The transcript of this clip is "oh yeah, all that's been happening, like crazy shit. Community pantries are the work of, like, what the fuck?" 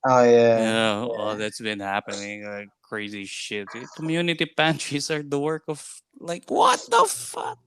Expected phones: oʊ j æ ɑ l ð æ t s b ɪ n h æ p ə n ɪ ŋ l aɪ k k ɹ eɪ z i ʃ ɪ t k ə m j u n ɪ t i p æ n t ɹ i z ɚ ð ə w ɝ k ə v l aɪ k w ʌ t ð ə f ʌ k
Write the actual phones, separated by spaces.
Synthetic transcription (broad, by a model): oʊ j æ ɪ n ð æ t s b ɪ n h æ p ə n ɪ ŋ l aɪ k k ɹ eɪ z i ʃ ɪ t k ə m j u n ɪ t i p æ n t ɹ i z ɚ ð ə w ɝ k ə v l aɪ k w ʌ t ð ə f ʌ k